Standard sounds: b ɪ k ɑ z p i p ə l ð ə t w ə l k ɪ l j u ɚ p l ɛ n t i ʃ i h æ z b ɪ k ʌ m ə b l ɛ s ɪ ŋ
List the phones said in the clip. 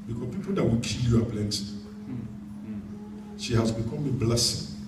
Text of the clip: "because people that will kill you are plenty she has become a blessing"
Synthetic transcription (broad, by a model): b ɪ k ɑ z p i p ə l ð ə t w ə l k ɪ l j u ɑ b l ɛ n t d ʃ i h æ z b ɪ k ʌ m ə b l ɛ s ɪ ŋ